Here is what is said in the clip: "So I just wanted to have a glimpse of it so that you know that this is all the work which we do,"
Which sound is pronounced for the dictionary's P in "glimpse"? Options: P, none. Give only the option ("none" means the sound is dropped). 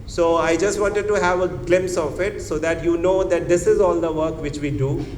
none